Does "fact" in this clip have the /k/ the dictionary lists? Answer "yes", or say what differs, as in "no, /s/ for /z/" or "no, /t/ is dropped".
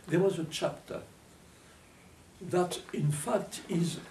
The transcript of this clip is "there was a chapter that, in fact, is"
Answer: yes